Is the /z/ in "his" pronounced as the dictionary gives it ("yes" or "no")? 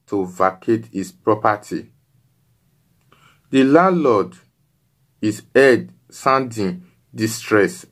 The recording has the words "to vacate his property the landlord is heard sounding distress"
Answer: no